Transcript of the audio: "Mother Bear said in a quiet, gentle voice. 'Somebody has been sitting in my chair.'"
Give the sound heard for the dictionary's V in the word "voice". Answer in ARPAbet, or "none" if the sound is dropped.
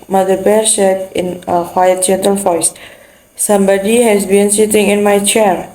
F